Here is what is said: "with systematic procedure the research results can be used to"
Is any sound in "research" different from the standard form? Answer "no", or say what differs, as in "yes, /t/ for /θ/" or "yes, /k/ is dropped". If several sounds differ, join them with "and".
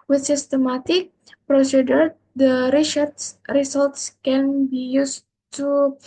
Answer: yes, /s/ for /tʃ/